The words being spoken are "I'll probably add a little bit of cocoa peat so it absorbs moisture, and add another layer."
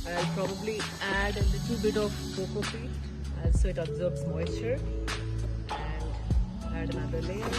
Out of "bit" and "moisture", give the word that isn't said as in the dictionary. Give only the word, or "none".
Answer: moisture